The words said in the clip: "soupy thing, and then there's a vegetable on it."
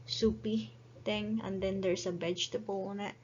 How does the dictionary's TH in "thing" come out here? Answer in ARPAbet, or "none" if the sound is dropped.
T